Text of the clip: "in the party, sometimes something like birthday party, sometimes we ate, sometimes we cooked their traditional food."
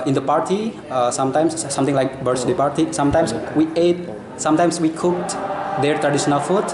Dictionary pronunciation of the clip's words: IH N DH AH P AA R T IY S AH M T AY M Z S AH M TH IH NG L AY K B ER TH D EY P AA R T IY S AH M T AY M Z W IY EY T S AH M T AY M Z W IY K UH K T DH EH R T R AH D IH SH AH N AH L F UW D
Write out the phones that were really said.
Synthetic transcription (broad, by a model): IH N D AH P AA R T IY S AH M T AY M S S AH M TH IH NG L AY K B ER S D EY P AA R T IY S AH M T AY M S W IY EY T S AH M T AY M S W IY K UH K T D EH R T R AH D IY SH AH N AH L F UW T